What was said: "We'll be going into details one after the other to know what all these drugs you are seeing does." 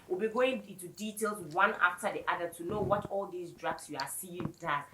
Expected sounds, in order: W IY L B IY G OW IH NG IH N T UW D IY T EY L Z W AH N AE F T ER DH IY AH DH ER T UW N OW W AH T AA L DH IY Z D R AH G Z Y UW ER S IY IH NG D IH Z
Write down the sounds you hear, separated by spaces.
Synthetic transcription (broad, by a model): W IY L B IY G OW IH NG IH N T UW D IY T EY L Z W AH N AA F T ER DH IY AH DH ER T UW N OW W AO T AA L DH IY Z D R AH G S Y UW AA S IY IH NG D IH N